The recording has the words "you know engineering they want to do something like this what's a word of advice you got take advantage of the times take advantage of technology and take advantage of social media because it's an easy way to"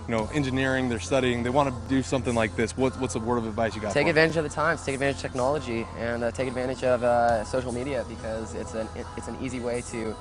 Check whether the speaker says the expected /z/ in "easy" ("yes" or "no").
yes